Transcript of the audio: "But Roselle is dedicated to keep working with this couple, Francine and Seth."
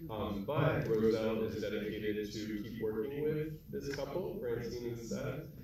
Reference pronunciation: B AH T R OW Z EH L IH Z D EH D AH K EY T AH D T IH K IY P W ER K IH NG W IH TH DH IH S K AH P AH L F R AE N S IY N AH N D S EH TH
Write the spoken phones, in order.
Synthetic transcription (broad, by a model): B AH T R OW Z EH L IH Z D EH D AH K EY T AH D T IH K IY P W ER K IH NG W IH DH IH S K AH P L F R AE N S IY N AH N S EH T